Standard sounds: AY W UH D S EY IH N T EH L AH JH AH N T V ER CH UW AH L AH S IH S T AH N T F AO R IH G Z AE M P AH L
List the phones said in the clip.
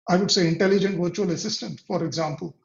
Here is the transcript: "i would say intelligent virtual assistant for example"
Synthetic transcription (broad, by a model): AY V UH D S EY IH N T EH L AH JH AH N T V ER CH UW AH L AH S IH S T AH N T F AO R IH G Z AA M P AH L